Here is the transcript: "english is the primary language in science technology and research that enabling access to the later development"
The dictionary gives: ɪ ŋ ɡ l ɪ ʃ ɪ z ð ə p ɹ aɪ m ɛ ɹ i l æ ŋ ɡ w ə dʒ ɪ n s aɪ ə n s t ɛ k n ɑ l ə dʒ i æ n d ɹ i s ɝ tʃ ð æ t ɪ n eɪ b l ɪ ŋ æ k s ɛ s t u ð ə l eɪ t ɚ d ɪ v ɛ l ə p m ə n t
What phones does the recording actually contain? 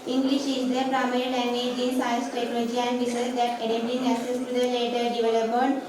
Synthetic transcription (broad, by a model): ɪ ŋ ɡ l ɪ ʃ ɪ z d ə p ɹ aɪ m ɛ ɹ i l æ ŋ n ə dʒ ɪ n s aɪ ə n s t ɛ k n ɑ l ə dʒ i æ n d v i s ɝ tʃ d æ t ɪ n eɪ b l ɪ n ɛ s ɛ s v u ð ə l eɪ t ɚ d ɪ v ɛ l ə p m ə n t